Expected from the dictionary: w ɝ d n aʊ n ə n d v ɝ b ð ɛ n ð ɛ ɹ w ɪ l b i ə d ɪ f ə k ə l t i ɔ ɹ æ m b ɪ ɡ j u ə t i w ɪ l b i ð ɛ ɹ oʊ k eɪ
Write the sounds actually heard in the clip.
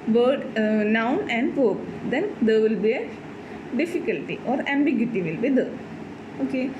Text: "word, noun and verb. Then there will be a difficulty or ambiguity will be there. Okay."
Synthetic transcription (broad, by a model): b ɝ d n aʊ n ə n d p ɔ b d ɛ n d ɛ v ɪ l b i ə d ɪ f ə k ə l t i ɔ ɹ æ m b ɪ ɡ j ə t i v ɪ l b i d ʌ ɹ oʊ k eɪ